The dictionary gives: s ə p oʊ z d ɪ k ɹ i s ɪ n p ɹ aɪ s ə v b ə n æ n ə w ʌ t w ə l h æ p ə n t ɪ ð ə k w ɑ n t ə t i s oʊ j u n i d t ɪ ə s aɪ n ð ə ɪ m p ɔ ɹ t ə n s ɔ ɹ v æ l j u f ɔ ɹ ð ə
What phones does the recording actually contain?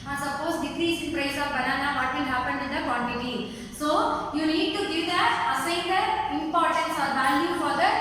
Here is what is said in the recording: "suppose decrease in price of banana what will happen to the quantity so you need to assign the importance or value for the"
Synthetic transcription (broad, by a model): s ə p oʊ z d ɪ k ɹ i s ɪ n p ɹ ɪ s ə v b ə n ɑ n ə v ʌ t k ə n h æ p ə n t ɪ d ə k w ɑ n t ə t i s oʊ j u n i d t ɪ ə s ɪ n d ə ɪ m p ɔ ɹ t ə n s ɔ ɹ v æ l j u f ɔ ɹ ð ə